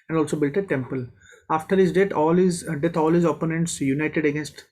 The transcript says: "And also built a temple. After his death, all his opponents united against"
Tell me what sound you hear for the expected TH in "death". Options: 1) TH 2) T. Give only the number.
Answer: 2